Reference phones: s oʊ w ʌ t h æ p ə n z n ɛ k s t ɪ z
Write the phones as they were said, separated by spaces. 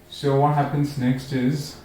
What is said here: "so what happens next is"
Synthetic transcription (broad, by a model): s oʊ w ʌ t h æ p ə n z n ɛ k s t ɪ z